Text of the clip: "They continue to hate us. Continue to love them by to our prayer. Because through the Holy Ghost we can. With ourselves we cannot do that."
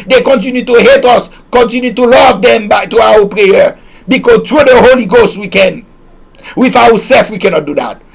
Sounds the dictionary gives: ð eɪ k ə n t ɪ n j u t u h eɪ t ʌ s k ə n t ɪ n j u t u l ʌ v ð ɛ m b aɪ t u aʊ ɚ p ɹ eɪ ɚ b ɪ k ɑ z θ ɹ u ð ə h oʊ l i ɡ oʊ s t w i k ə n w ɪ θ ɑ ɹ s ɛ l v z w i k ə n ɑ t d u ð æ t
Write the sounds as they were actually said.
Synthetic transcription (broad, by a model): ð eɪ k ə n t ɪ n j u t u h eɪ t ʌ s k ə n t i n j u t u l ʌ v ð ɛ m b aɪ t u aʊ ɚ p ɹ eɪ ɚ b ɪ k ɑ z t ɹ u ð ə h oʊ l i ɡ oʊ s t w i k ə n w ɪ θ ɑ w s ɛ l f w i k ə n ɑ t d u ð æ t